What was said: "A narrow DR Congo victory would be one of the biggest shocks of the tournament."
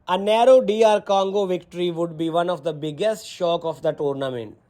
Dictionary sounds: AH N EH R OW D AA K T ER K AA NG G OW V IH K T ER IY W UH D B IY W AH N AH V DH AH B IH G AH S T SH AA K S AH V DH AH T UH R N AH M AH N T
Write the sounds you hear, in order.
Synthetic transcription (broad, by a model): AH N EH R OW D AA T K AA NG G OW V IH K T ER IY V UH D B IY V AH N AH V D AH B IH G AH S T SH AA K AH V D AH T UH R N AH M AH N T